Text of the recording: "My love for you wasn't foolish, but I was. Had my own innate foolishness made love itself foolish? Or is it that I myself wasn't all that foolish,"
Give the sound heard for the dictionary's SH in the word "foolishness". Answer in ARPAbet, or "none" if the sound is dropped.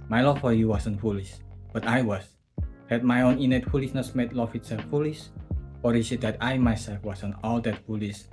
S